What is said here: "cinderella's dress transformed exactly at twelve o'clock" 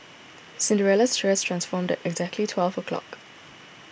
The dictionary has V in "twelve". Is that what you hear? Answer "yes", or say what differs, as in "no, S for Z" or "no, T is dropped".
yes